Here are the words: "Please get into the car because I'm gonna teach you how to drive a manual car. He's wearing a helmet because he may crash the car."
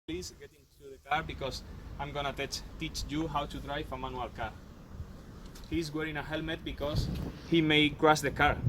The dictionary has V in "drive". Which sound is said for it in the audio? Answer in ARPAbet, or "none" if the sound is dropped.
F